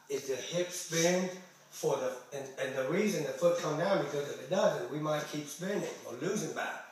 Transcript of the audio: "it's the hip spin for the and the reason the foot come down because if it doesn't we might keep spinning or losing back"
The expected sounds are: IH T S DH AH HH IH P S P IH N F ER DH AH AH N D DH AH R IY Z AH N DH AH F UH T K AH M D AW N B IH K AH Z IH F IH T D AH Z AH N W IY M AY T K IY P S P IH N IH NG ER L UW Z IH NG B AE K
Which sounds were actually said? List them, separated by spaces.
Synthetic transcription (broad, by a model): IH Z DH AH HH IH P S P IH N F ER DH AH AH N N DH AH R IY Z AH N DH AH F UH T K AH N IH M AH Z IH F IH T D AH Z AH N W IY M AY T K IY P S P IH N IH NG ER L UW Z IH NG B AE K